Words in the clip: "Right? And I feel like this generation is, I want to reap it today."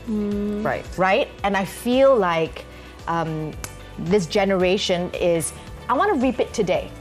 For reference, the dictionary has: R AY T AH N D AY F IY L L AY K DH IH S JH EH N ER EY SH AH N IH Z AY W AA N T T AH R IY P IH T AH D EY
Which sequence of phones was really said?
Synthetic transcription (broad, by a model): R AY T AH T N AY F IY L L AY K DH IH S JH EH N ER EY SH AH N IH Z AY W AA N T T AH R IY P IH T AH D EY